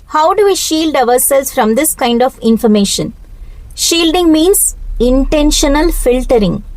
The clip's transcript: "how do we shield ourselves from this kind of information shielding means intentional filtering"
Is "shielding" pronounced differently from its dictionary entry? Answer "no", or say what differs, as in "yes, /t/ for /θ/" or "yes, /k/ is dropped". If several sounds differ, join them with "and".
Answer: no